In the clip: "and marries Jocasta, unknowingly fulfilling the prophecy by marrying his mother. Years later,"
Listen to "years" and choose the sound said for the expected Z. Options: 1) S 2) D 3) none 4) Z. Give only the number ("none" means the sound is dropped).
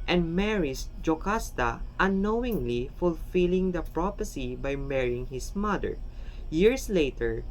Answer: 1